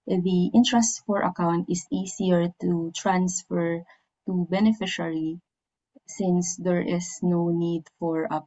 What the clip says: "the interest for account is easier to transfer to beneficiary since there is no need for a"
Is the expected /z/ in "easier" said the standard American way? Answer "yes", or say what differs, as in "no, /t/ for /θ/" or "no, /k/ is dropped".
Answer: no, /s/ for /z/